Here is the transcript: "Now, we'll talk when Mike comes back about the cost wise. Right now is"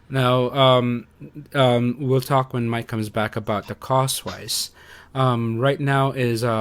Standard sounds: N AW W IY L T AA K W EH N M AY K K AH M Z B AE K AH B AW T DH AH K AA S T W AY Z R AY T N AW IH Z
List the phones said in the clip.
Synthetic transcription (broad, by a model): N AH W IY L T AA K W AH N M AY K K AH M Z B AE K AH B AW T DH AH K AA S T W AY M R AY T N AW IH Z